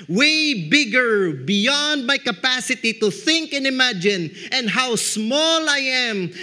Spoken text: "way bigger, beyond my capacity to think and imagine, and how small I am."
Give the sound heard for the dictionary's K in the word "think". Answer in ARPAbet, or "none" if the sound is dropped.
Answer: K